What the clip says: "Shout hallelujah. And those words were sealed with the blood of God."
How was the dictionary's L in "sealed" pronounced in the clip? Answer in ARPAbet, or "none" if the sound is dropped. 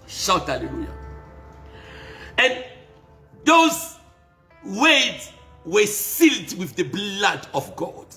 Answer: L